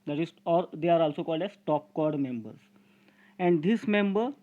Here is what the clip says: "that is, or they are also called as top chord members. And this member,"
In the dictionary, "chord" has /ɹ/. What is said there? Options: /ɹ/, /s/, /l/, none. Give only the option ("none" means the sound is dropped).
/ɹ/